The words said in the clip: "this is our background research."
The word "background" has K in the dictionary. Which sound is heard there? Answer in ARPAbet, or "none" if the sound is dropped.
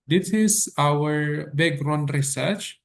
none